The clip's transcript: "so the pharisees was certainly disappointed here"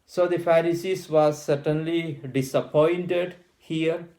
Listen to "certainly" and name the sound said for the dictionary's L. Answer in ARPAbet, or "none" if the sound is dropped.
L